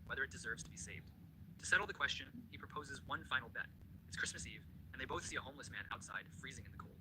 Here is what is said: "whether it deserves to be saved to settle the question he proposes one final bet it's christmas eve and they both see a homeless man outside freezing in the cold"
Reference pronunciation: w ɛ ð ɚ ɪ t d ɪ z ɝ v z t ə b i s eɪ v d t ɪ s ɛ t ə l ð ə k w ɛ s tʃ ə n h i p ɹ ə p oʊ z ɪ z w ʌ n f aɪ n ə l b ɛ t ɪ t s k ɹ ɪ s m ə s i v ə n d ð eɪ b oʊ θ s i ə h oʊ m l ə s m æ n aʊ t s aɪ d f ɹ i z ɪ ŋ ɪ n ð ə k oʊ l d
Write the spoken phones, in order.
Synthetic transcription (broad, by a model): w ɛ ð ɚ ɪ t d ɪ z ɝ v z t ə b i s eɪ v d t ɪ s ɛ t l ð ə k w ɛ s tʃ ə n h i p ɹ ə p oʊ z ɪ z w ʌ n f aɪ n l b ɛ t ɪ t s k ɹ ɪ s m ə s i v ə n ð eɪ b oʊ θ s i ə h oʊ m l ə s m æ n aʊ t s aɪ d f ɹ i z ɪ ŋ ɪ n ð ə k oʊ l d